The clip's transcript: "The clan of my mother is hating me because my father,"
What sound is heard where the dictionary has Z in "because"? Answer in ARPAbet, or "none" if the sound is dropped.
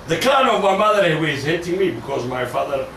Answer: Z